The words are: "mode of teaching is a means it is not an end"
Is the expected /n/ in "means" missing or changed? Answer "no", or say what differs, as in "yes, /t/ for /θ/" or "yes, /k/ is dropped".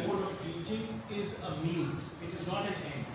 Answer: yes, /l/ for /n/